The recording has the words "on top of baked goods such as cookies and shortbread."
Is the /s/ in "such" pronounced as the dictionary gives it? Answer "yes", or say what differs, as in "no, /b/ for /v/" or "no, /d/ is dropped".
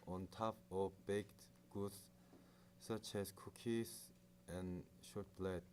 yes